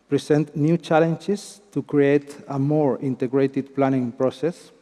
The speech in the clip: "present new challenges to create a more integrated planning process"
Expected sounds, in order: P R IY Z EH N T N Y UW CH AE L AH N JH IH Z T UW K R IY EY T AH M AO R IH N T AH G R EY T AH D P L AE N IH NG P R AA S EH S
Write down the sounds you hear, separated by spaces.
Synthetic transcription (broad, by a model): P R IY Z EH N T N Y UW CH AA L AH N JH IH S T UW K R IY EY T AH M AO R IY N T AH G R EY T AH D P L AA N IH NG P R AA S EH S